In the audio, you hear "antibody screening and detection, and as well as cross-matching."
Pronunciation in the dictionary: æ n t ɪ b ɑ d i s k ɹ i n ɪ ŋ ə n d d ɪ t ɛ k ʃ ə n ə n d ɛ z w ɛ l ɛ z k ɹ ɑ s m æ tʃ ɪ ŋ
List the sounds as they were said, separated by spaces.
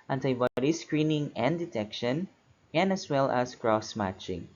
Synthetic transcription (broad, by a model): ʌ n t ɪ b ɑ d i s k ɹ i n ɪ ŋ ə n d d ɪ t ɛ k ʃ ə n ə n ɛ s w ɛ l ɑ s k ɹ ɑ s m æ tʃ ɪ ŋ